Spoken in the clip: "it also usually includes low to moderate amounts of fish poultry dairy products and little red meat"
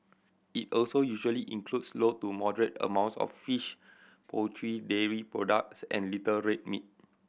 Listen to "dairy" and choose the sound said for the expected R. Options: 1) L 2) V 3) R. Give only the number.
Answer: 3